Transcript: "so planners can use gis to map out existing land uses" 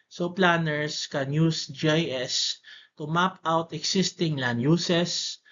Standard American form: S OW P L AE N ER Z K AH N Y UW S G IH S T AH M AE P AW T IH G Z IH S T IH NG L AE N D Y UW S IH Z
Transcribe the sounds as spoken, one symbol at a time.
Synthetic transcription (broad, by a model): S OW P L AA N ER S K AH N Y UW S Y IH S T AH M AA P AW T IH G S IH S T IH NG L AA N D Y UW S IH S